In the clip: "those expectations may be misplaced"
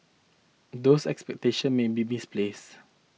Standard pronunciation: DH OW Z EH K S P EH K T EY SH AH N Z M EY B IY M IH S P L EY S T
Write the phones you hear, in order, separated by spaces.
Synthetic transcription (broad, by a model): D OW S EH K S P EH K T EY SH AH N M EY B IY M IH S P L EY S